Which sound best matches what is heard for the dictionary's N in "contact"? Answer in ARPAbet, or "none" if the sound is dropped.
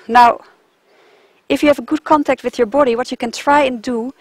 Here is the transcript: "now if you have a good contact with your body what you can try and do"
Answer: N